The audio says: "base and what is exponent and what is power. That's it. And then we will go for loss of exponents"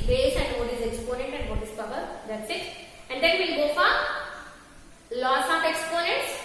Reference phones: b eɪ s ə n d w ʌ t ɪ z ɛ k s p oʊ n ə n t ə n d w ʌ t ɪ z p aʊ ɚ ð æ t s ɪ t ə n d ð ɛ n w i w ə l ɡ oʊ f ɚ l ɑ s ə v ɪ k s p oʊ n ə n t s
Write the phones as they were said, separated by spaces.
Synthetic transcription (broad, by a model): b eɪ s ə n d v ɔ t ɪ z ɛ k s p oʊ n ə n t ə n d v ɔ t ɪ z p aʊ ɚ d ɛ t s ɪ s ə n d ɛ n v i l ɡ oʊ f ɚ l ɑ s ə p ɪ k s p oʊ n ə n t s